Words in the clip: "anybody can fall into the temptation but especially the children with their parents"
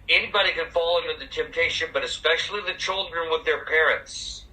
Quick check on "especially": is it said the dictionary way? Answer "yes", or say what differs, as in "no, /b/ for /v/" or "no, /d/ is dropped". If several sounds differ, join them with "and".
yes